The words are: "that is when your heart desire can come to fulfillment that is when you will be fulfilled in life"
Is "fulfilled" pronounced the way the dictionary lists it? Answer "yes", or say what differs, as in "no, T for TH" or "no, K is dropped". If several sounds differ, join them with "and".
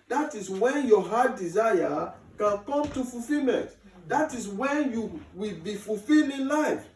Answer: no, D is dropped